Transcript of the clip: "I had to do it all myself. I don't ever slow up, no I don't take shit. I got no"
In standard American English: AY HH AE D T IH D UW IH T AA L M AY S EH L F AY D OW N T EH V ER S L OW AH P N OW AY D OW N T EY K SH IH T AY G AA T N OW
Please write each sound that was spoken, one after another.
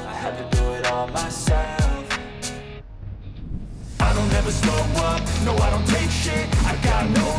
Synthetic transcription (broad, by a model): AY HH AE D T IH D UW IH T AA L M AY S EH L F AY D OW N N EH V ER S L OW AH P N OW AY D OW N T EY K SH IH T AY G AA T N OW